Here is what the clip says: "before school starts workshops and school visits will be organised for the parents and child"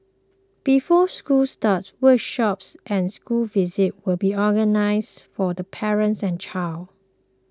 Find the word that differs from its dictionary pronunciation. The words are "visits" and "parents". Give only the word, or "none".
visits